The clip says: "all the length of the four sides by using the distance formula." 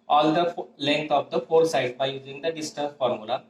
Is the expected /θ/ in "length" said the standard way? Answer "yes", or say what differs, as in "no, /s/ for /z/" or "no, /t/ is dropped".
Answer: no, /t/ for /θ/